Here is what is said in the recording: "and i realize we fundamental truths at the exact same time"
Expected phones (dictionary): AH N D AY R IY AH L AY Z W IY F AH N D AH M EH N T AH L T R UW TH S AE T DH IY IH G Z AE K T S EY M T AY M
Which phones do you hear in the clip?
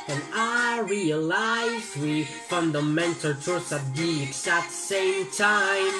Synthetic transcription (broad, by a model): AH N AY R IY AH L AY Z W IY F AH N D AH M EH N T AH L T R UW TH AE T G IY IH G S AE T S EY M T AY M